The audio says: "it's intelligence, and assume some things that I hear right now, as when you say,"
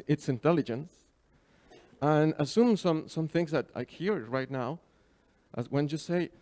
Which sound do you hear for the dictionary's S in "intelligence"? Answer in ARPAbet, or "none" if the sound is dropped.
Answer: S